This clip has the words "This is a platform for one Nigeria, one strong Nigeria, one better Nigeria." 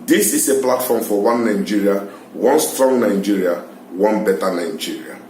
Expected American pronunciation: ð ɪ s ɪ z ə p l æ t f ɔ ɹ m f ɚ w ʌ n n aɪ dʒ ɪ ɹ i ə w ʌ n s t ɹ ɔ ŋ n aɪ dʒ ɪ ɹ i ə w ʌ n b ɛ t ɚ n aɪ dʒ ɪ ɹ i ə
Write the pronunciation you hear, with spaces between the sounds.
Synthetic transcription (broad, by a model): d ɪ s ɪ s ə p l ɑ t f ɔ m f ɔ w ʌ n n aɪ dʒ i ɹ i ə w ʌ n s t ɹ ɔ ŋ n aɪ dʒ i ɹ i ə w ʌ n b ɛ t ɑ n aɪ dʒ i ɹ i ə